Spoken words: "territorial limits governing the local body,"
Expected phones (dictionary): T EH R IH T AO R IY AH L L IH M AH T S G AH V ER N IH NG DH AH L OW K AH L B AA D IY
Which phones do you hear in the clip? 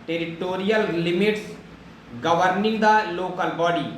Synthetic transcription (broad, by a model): T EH R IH T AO R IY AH L L IH M AH T S G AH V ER N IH NG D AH L OW K AH L B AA D IY